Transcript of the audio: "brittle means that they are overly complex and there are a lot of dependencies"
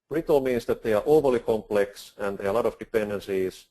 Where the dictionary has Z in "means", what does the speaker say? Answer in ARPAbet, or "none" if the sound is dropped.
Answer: S